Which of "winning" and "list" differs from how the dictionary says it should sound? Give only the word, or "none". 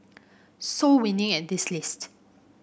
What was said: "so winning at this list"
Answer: none